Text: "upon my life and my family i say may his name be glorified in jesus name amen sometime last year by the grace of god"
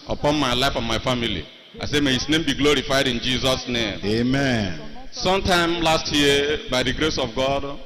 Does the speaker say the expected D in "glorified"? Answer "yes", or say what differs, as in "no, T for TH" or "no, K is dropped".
yes